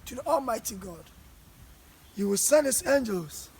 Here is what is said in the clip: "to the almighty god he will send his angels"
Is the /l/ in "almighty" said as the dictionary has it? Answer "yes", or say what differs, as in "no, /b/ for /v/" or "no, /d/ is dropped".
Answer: yes